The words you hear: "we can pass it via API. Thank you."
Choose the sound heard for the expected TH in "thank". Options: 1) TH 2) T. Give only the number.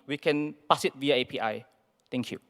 2